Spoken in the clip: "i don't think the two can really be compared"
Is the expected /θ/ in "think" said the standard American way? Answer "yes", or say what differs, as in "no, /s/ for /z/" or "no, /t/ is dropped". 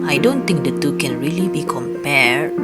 no, /t/ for /θ/